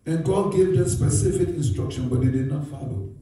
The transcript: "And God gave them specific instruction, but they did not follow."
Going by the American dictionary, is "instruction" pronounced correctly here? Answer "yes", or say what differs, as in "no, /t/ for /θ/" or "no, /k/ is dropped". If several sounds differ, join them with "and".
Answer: yes